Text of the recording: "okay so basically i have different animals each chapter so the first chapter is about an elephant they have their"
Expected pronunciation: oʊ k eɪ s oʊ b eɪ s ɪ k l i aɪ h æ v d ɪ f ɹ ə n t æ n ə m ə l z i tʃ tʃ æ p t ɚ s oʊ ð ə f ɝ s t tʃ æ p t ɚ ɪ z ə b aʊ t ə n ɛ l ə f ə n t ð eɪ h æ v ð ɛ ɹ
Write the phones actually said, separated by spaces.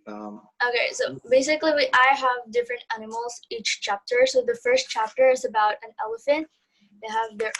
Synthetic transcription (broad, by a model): oʊ k eɪ s oʊ b eɪ s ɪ k l i aɪ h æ v d ɪ f ɹ ə n t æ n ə m l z i tʃ tʃ æ p t ɚ s oʊ ð ə f ɝ s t tʃ æ p t ɚ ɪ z ə b aʊ t ə n ɛ l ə f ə n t ð eɪ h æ v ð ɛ ɹ